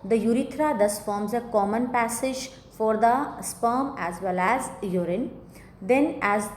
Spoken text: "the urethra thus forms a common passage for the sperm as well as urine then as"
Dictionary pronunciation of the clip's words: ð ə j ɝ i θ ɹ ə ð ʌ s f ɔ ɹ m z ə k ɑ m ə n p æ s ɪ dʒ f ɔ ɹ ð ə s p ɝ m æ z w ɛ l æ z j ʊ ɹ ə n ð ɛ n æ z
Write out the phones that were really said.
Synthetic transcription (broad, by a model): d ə j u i t ɹ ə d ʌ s f ɔ ɹ m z ə k ɑ m ə n p æ s ɪ dʒ f ɔ ɹ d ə s p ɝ m æ z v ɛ l æ z j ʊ ɹ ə n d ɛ n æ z